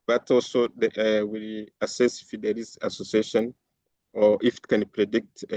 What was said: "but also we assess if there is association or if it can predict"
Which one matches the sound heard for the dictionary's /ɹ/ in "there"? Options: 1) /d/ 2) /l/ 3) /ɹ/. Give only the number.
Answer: 2